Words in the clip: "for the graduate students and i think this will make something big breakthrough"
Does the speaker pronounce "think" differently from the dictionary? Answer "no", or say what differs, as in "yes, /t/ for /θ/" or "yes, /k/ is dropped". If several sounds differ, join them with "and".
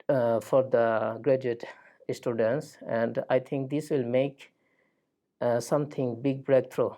yes, /t/ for /θ/